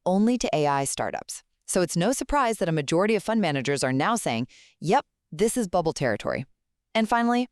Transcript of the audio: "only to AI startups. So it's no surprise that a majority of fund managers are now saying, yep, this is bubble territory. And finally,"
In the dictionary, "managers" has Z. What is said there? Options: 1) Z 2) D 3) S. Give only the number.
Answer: 1